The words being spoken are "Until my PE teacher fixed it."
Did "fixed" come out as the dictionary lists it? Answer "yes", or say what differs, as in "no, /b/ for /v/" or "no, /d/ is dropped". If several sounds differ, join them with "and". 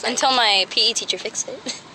no, /t/ is dropped